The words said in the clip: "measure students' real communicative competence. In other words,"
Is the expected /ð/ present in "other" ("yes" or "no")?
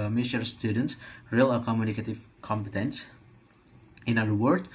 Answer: no